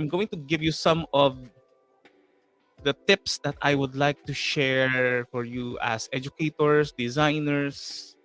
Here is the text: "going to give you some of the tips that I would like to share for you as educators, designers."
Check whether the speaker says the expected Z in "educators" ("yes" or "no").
no